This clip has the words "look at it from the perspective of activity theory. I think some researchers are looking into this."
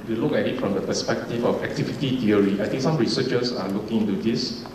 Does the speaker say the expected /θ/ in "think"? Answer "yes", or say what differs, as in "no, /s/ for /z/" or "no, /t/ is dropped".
no, /t/ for /θ/